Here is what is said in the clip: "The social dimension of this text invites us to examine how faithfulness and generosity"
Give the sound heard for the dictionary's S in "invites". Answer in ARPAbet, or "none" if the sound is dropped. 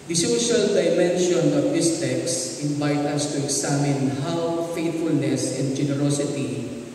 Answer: none